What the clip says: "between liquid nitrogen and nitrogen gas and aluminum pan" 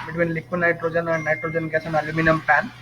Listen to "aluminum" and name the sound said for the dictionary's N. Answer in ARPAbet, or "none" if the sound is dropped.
N